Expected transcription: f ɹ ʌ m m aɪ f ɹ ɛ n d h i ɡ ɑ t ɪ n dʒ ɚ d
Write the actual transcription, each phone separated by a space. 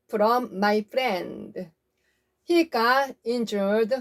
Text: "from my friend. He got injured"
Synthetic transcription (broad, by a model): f ɹ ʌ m m aɪ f ɹ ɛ n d h i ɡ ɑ ɪ n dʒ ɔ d